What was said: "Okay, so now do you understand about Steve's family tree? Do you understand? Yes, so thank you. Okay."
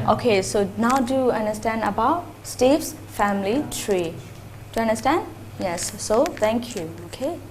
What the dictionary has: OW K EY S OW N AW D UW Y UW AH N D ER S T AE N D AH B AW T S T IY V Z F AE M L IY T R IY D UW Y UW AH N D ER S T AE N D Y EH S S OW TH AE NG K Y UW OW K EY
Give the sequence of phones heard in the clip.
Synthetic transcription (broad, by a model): OW K EY S OW N AW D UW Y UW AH N D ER S T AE N D AH B AW T S T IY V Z F AE M L IY T R IY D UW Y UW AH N D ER S T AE N D Y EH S S OW T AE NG K Y UW OW K EY